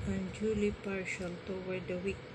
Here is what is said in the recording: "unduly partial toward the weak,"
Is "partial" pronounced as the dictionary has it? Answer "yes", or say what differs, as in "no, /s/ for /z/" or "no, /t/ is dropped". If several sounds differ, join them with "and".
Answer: yes